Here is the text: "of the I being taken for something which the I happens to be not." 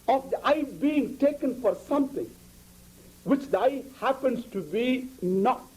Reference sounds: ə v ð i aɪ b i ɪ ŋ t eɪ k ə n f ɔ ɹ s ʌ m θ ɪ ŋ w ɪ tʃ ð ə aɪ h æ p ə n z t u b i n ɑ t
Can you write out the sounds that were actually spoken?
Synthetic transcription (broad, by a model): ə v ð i aɪ b i ɪ ŋ t eɪ k ə n f ɔ ɹ s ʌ m t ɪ ŋ w ɪ tʃ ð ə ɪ h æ p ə n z t u b i n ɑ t